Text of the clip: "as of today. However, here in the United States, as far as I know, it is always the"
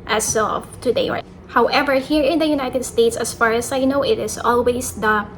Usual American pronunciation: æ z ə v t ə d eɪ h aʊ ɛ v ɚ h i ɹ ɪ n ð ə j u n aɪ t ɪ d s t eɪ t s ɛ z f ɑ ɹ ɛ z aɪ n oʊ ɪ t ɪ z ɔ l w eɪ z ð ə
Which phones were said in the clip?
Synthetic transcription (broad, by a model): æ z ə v t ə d eɪ h aʊ ɛ v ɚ h i ɹ ɪ n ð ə j u n aɪ t ɪ d s t eɪ t s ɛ s f ɑ ɹ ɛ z aɪ n oʊ ɪ t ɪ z ɔ l w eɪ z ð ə